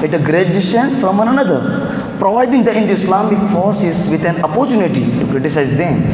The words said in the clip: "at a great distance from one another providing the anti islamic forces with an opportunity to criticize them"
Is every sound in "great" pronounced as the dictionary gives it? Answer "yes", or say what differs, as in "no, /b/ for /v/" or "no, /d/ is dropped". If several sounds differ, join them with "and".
yes